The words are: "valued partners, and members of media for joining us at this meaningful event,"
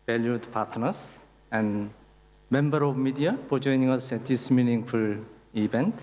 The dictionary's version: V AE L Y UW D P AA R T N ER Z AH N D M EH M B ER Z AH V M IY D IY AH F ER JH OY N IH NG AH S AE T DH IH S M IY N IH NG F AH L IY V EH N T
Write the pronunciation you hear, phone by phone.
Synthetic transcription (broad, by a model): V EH L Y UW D P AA R T N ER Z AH N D M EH M B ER AH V M IY D IY AH P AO JH OY N IH NG AH S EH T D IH S M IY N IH NG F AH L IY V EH N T